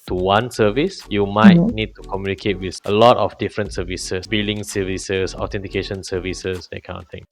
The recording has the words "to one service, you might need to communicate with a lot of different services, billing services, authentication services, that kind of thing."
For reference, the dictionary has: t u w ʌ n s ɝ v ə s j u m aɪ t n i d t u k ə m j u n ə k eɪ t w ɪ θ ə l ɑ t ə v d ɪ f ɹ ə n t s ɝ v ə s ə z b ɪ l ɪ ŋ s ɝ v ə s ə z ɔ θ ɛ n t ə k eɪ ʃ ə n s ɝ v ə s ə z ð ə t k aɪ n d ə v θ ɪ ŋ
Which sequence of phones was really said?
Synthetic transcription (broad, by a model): t u w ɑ n s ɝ v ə s j u m aɪ t n i d t u k ə m j u n ə k eɪ t w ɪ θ ə l ɑ t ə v d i f ɹ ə n t s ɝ v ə s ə s b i l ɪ ŋ s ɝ v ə s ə s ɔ t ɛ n t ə k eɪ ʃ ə n s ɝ v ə s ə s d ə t k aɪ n ə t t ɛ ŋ